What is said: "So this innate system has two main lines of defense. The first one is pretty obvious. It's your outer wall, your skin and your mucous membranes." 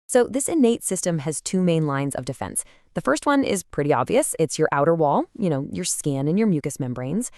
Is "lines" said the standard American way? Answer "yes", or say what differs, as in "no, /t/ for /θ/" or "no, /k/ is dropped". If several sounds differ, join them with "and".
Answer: yes